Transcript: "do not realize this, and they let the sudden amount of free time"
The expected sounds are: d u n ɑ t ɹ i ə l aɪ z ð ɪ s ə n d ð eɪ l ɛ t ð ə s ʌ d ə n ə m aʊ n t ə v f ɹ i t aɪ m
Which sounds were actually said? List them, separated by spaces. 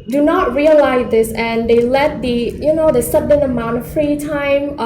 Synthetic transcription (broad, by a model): d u n ɑ t ɹ i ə l aɪ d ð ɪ s ə n d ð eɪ l ɛ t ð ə s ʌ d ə n ə m aʊ n t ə f f ɹ i t aɪ m